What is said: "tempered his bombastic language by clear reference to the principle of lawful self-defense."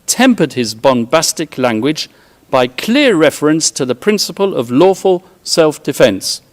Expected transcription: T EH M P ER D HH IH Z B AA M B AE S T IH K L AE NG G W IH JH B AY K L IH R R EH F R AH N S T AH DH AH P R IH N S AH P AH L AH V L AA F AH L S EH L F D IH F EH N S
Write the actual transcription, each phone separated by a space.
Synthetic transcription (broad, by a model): T EH M P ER D IH Z B AA M B AE S T IH K L AE NG G W IH JH B AY K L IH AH R EH F R AH N S T AH DH AH P R IH N S AH P AH L AH V L AA F AH L S EH L F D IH F EH N S